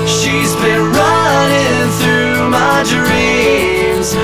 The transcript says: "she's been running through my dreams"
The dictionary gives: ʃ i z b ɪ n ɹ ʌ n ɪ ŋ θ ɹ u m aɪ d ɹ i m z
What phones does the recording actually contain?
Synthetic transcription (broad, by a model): ʃ i z b ɪ n ɹ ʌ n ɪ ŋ θ ɹ u m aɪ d ɹ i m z